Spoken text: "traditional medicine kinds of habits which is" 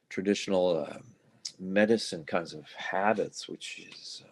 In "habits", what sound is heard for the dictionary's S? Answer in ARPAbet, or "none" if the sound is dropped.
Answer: S